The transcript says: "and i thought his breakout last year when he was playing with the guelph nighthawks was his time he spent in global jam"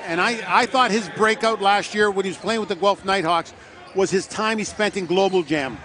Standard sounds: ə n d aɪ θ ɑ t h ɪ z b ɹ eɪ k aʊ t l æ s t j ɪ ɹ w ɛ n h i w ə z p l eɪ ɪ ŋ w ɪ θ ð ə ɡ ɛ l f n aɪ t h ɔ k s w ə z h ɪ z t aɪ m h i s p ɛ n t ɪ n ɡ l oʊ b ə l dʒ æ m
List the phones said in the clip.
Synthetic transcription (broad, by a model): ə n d aɪ θ ɑ t h ɪ z b ɹ eɪ k aʊ t l æ s t j ɪ ɹ w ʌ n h i w ə z p l eɪ ɪ ŋ w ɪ ð ə ɡ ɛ l f n aɪ t h ɔ k s w ə z ɪ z t aɪ m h i s p ɛ n t ɪ n ɡ l oʊ b l dʒ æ m